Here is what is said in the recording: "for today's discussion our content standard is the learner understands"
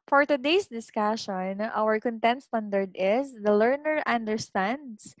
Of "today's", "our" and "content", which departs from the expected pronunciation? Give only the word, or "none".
today's